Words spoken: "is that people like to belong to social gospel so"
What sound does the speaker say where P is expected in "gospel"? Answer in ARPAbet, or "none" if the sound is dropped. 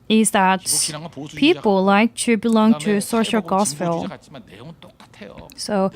F